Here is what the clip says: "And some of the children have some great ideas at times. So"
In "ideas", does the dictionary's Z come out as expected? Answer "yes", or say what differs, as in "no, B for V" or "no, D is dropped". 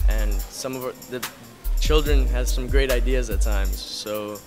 yes